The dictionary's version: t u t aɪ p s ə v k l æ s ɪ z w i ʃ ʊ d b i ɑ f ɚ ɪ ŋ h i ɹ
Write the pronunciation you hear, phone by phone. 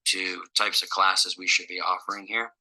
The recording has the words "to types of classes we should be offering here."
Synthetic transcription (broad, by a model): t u t aɪ p s ə v k l æ s ɪ z w i ʃ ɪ d b i ɑ f ɚ ɪ ŋ h i ɹ